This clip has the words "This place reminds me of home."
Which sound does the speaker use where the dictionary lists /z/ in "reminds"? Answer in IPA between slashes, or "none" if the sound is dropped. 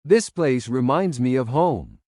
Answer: /z/